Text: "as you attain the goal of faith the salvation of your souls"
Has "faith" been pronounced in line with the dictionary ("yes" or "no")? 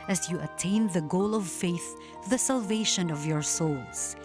yes